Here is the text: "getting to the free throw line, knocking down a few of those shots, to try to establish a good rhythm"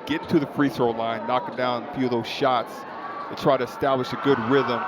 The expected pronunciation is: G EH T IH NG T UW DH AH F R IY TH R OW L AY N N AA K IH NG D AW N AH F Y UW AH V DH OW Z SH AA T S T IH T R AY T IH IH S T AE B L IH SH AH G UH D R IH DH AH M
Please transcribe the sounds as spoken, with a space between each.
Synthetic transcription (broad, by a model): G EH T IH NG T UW DH AH F R IY S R L AY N N AA K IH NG D AW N AH F Y UW AH V DH OW Z SH AA T S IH T R AY T IH IH S T AE B L IH SH AH G UH D R IH DH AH M